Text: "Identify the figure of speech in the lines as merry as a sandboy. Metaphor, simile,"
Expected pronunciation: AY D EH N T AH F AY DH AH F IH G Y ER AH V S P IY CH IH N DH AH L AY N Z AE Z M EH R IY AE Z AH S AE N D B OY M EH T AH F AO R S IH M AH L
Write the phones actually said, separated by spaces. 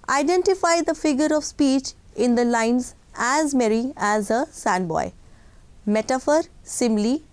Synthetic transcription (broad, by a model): AY D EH N T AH F AY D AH F IH G Y ER AH V S P IY CH IH N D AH L AY N Z AE Z M EH R IY AE Z AH S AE N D B OY M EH T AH F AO R S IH M L